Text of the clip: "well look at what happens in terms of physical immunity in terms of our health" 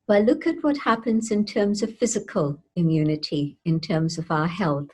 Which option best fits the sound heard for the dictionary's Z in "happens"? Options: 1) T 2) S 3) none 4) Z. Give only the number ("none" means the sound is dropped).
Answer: 4